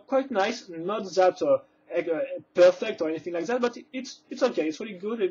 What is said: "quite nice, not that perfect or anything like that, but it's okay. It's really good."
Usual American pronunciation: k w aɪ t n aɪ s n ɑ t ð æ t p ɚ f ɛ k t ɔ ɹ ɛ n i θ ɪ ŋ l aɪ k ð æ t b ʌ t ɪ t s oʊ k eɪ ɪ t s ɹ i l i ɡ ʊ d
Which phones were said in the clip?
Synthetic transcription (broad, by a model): k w aɪ t n aɪ s n ɑ t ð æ t p ɚ f ɛ k t ɔ ɹ ɛ n i θ ɪ ŋ l aɪ k ð æ t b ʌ t ɪ t s oʊ k eɪ ɪ t s ɹ i l i ɡ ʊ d